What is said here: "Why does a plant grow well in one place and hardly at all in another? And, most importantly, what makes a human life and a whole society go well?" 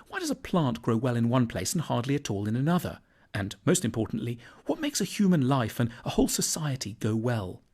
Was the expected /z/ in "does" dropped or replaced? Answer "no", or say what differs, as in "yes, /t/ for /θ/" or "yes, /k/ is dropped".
no